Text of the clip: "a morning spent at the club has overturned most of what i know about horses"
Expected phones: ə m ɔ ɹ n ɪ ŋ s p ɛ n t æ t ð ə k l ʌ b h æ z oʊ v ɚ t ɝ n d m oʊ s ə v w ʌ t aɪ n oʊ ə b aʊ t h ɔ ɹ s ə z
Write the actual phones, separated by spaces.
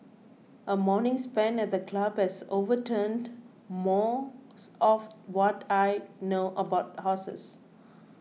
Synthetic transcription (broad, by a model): ə m ɔ n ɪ ŋ s p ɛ n ɛ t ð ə k l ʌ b h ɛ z oʊ v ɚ t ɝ n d m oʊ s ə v w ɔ t aɪ n oʊ ə b aʊ t h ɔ s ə s